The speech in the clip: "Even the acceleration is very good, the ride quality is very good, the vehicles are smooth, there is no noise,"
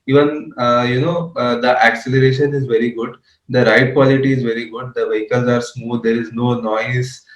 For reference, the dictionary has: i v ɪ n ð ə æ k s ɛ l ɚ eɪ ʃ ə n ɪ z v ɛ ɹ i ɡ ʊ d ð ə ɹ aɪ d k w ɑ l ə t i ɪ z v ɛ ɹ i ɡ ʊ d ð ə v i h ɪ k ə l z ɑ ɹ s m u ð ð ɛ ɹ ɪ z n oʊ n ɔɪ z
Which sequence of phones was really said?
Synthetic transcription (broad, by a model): i v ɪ n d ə æ k s ɛ l ɚ eɪ ʃ ə n ɪ z v ɛ ɹ i ɡ ʊ d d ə ɹ aɪ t k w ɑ l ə t i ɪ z v ɛ ɹ i ɡ ʊ d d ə v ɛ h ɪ k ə l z ɑ ɹ s m u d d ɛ ɹ ɪ z n oʊ n ɔɪ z